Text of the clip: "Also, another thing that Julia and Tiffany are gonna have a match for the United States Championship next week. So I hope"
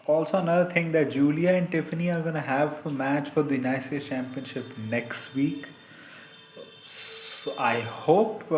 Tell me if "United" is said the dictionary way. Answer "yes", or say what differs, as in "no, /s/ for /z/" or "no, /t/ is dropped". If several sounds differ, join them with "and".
no, /s/ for /t/